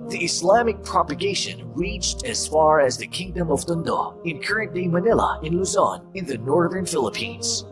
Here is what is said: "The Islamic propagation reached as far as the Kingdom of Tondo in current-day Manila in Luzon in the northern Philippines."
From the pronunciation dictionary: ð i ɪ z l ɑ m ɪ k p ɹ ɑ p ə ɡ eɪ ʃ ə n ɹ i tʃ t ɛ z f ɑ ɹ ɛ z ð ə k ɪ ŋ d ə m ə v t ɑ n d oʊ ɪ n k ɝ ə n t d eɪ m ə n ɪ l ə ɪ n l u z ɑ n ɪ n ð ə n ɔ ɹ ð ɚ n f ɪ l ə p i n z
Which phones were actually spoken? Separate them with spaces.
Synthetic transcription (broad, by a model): ð i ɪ s l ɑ m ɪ k p ɹ ɑ p ə ɡ eɪ ʃ ə n ɹ i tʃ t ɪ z f ɑ ɹ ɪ z ð ə k ɪ ŋ d ə m ə v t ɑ n d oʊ ɪ n k ɝ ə n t d eɪ m ə n ɪ l ə ɪ n l u z ɑ n ɪ n ð ə n ɔ ɹ ð ɚ n f ɪ l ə p i n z